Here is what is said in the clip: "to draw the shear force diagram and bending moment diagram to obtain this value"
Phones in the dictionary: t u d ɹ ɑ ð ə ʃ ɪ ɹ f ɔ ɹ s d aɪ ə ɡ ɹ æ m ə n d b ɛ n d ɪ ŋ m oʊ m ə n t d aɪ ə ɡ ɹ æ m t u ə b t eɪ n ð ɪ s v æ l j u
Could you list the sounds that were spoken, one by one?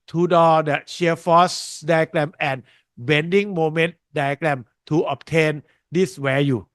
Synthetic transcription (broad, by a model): t u d ɑ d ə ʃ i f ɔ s d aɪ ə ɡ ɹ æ m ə n b ɛ n d ɪ ŋ m oʊ m ə n t d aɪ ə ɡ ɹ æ m t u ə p t eɪ n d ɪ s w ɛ j u